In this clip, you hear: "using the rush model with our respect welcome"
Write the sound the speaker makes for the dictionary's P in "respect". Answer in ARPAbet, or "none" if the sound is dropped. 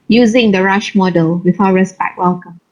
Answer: B